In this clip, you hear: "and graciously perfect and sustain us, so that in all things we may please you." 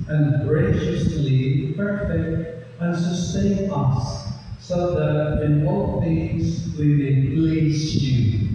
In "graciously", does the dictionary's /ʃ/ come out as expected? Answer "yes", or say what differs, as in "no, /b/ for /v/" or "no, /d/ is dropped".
yes